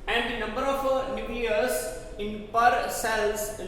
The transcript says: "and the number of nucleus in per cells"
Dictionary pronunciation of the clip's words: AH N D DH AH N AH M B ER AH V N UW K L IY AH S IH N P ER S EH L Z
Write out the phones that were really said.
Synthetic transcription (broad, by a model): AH N D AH N AH M B ER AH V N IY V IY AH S IH N P ER S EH L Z